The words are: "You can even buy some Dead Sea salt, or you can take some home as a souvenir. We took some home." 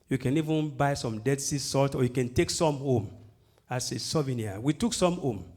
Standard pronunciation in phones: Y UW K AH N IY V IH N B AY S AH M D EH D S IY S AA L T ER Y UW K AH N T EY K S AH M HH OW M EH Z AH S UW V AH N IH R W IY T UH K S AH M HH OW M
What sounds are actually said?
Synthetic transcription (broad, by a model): Y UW K AH N IY V IH N B AY S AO M D EH D S IY S AA L T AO Y UW K AH N T EY K S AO M HH OW M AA S AH S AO V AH N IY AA W IY T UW K S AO M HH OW M